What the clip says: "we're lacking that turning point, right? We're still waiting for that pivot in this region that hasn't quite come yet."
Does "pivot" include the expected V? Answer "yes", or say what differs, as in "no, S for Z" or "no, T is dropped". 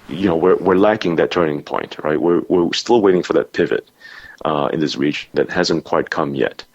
yes